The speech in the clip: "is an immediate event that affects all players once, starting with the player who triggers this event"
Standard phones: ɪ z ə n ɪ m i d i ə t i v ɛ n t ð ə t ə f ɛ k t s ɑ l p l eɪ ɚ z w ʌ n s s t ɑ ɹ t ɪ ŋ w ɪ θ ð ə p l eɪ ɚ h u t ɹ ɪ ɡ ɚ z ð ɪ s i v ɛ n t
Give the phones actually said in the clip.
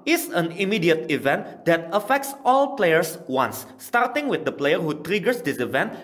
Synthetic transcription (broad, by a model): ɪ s ə n ɪ m i d i ə t i v ɛ n t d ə t ə f ɛ k t s ɑ l p l eɪ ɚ s w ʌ n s s t ɑ ɹ t ɪ ŋ w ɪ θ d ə p l eɪ ɚ h u t ɹ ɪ ɡ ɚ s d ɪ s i v ɛ n t